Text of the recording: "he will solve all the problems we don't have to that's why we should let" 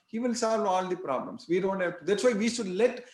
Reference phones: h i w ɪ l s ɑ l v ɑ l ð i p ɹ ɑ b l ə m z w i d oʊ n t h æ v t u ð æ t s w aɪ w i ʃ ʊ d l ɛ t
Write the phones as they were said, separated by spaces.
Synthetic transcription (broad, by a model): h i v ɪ l s ɑ l v ɑ l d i p ɹ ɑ b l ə m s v i d oʊ n t h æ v t u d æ t s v aɪ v i ʃ ʊ d l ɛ t